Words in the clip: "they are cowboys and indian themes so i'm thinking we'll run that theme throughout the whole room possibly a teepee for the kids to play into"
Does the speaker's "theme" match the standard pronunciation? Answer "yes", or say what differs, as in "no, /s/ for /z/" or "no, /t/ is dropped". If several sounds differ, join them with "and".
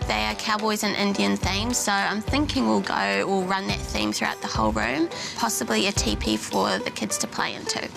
yes